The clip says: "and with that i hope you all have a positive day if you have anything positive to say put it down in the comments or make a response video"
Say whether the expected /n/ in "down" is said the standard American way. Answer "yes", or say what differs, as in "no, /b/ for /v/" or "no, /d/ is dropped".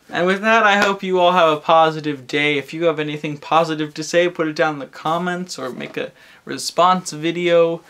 no, /n/ is dropped